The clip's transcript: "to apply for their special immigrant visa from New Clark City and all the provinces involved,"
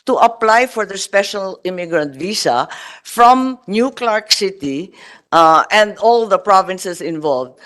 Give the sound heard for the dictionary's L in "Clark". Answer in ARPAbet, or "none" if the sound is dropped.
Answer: L